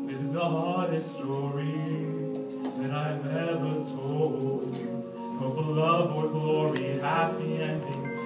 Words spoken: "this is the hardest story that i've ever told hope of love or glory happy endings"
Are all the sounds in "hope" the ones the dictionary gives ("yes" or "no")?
no